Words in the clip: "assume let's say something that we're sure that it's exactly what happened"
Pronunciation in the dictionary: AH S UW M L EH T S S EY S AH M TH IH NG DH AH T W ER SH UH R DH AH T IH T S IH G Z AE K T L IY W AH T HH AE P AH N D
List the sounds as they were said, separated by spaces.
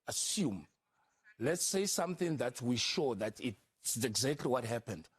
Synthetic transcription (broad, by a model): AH S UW M L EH T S S EY S AH M TH IH NG DH AH T W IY SH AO DH AH T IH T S IH G Z AE K T L IY W AH T HH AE P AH N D